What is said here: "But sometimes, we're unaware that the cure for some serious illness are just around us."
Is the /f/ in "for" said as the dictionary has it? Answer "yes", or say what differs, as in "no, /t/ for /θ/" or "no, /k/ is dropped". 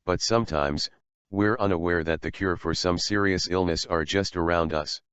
yes